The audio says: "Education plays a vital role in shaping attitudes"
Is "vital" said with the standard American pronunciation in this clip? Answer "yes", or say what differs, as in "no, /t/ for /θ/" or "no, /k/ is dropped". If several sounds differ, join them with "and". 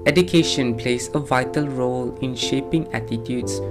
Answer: yes